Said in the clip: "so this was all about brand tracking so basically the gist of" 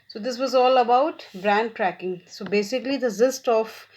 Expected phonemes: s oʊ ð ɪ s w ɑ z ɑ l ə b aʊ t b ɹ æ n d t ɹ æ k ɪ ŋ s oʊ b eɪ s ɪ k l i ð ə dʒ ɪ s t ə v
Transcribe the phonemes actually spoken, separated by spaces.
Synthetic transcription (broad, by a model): s oʊ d ɪ s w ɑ z ɑ l ə b aʊ t b ɹ æ n d t ɹ æ k ɪ ŋ s oʊ b eɪ s ɪ k l i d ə z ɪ s t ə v